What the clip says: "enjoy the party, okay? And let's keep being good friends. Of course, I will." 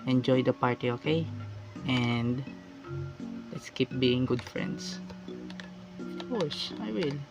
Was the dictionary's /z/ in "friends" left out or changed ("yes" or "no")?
yes